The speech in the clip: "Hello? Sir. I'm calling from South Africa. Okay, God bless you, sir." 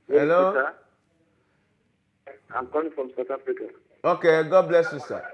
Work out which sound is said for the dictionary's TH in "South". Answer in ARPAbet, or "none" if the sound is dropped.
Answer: T